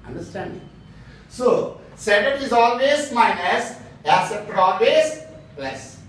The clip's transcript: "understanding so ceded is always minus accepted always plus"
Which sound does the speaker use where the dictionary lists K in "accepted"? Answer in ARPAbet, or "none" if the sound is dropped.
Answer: none